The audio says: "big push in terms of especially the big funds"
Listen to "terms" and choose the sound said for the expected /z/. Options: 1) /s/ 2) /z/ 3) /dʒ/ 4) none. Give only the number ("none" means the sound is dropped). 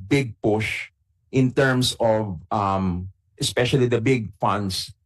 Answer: 1